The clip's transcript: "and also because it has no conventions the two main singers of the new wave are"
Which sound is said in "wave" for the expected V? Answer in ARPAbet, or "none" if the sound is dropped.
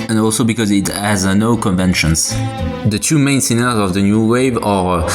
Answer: V